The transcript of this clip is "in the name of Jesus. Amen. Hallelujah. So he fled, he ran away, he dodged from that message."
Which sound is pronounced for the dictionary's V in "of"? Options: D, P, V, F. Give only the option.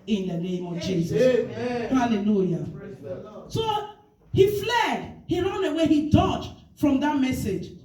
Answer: V